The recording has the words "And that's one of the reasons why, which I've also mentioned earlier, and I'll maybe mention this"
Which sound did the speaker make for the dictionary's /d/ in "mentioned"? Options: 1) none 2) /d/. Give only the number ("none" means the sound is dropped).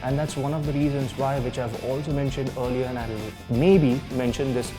2